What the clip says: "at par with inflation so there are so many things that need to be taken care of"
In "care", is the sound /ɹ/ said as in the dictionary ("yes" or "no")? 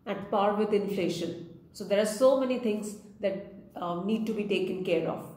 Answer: yes